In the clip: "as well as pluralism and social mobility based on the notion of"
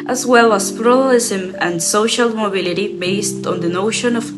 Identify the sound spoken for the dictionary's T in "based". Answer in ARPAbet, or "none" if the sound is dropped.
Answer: T